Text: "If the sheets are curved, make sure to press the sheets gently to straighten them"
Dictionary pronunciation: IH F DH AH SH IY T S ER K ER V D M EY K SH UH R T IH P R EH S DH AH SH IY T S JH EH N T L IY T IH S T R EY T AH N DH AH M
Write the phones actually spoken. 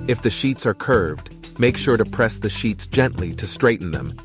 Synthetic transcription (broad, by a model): IH F DH AH SH IY T S ER K ER V D M EY K SH UH R T IH P R EH S DH AH SH IY T S JH EH N T L IY T IH S T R EY T N DH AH M